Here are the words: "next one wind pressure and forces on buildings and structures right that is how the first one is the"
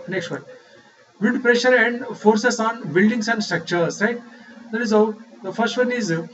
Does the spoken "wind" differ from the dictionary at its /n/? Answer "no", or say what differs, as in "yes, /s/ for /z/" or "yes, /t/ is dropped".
yes, /n/ is dropped